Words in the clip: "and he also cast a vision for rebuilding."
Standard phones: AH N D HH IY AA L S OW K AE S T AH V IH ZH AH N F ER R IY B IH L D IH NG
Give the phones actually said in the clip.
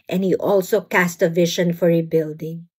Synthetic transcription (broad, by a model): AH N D HH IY AA L S OW K AE S T AH V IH SH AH N F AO R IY B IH L D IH NG